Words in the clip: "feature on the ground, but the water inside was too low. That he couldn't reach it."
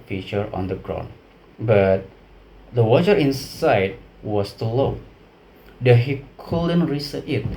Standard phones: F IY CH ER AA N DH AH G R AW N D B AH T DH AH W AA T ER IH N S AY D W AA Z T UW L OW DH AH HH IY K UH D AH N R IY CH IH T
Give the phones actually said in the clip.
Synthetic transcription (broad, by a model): F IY CH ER AA N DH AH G R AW N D B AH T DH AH W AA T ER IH N S AY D W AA S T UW L OW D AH HH IY K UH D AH N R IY S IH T